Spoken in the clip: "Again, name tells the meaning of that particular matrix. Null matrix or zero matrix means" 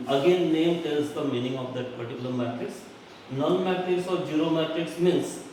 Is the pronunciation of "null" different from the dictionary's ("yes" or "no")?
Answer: yes